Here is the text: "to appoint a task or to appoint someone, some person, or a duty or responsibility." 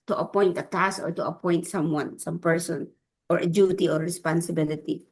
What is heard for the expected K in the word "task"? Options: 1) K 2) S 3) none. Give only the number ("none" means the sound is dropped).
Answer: 3